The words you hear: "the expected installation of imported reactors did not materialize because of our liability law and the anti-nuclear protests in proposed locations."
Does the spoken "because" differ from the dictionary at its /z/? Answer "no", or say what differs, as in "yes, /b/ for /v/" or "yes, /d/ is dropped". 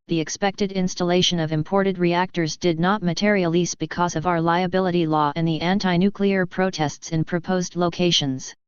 no